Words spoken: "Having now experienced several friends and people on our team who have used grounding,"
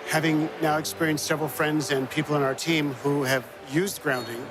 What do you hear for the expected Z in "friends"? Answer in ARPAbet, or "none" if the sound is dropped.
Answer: Z